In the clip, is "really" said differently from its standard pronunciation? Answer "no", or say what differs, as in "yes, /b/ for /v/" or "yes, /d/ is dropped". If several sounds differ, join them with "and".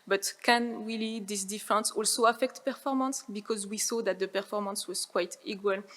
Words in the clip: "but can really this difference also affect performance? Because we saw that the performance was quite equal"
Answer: yes, /w/ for /ɹ/